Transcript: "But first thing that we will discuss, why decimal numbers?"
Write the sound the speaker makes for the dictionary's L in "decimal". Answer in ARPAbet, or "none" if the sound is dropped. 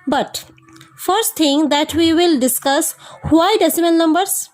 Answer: N